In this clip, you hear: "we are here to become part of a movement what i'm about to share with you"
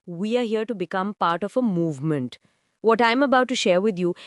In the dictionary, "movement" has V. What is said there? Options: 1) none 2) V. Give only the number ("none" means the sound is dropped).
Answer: 2